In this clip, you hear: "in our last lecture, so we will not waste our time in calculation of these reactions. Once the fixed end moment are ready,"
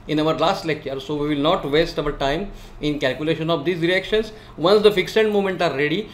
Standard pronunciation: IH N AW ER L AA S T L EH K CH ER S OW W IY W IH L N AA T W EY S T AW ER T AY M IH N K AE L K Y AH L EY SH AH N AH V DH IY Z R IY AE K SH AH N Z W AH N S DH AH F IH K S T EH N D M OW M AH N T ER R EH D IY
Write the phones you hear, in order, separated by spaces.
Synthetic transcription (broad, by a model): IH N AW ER L AA S T L EH K CH ER S OW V IY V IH L N AA T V EY S T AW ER T AY M IH N K AE L K Y AH L EY SH AH N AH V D IY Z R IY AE K SH AH N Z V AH N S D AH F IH K S EH N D M OW M AH N T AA R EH D IY